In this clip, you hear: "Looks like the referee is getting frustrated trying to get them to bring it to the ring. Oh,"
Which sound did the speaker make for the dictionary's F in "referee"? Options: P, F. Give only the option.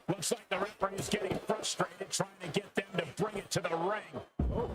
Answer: P